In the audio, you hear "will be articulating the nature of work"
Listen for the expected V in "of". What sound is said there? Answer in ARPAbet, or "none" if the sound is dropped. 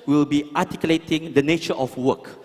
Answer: F